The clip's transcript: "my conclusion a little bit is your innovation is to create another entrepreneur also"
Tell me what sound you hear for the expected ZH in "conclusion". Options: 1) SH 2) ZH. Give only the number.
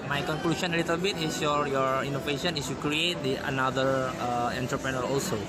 1